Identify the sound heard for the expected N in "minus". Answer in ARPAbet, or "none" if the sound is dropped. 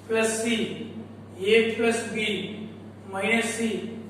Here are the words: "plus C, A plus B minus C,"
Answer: none